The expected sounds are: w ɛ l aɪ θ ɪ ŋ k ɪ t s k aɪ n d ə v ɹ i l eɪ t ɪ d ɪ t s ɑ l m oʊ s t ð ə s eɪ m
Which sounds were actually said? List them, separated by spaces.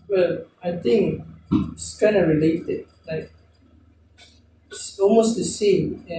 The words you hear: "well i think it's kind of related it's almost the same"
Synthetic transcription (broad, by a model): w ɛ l aɪ θ ɪ ŋ k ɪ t s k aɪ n ə ɹ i l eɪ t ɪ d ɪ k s ɑ l m oʊ s t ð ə s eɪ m